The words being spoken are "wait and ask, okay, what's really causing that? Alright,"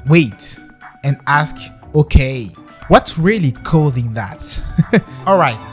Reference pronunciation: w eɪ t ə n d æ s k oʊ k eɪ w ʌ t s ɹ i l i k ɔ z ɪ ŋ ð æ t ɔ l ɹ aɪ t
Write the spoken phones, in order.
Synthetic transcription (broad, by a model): w eɪ t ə n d æ s k oʊ k eɪ w ʌ t s ɹ i l i k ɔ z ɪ ŋ ð æ t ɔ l ɹ aɪ t